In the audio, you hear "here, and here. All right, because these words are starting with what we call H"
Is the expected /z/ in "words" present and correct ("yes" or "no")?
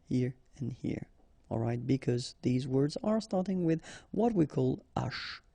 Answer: yes